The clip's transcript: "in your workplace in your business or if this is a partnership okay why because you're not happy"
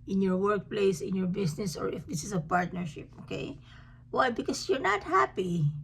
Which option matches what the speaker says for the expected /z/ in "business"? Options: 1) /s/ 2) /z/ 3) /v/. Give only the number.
1